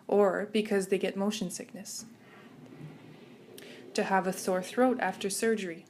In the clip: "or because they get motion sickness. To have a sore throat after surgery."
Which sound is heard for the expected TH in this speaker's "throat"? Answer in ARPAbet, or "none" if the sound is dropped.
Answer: TH